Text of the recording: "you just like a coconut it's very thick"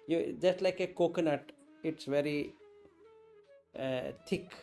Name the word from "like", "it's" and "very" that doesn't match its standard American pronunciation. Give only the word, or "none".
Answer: none